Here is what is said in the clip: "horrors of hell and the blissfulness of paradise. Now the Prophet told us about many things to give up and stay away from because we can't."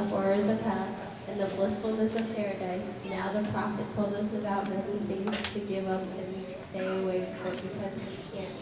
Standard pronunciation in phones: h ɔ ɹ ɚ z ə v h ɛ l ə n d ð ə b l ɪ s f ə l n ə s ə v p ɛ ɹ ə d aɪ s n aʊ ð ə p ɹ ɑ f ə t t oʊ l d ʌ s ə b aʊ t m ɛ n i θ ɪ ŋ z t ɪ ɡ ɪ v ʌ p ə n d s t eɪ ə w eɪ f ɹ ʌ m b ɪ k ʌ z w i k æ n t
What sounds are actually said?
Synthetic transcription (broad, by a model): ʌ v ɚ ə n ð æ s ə n ð ə b l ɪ s f l n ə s ə v p ɛ ɹ ə d aɪ s n aʊ ð ə p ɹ ɑ f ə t t oʊ l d ʌ s ə b aʊ t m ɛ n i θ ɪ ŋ t ɪ ɡ ɪ v ʌ p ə n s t eɪ ə w eɪ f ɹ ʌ b ɪ k ʌ z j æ